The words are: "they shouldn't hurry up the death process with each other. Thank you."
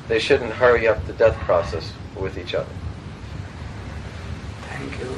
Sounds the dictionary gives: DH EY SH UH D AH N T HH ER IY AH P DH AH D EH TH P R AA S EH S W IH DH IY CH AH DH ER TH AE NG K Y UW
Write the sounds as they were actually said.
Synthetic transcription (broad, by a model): DH EY SH UH D N T HH ER IY AH P DH AH D EH TH P R AA S EH S W IH DH IY CH AH DH ER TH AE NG K Y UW